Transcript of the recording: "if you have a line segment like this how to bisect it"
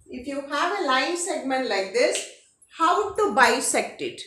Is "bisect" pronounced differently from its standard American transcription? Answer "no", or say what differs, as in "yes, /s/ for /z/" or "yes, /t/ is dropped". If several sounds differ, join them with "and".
no